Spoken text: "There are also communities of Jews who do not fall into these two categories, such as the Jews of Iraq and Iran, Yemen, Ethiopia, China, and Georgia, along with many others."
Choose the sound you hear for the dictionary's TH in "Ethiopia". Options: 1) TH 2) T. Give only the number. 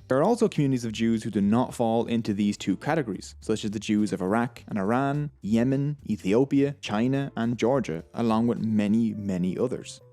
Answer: 1